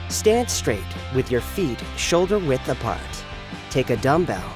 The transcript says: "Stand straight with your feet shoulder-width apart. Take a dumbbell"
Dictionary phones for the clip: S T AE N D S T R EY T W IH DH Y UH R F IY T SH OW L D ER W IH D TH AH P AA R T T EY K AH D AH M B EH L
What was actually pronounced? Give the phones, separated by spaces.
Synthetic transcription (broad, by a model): S T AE N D S T R EY T W IH DH Y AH R F IY T SH OW L D ER W IH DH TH AH P AA R T T EY K AH D AH M B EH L